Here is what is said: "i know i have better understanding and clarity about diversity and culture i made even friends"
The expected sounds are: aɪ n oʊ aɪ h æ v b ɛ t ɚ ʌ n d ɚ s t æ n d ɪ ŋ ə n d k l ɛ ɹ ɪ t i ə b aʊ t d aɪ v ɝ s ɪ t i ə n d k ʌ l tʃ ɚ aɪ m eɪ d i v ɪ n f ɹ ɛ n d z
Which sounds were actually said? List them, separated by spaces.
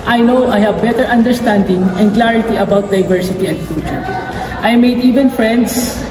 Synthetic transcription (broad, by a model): aɪ n oʊ aɪ h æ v b ɛ t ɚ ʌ n d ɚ s t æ n d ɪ ŋ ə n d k l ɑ ɹ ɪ t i ə b aʊ t d aɪ v ɝ s ɪ t i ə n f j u tʃ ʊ aɪ m eɪ d i v ɪ n f ɹ ɛ n d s